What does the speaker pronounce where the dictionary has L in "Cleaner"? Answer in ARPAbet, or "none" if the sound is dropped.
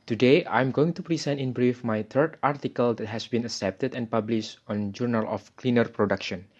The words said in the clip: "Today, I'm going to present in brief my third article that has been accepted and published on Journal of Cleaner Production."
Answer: L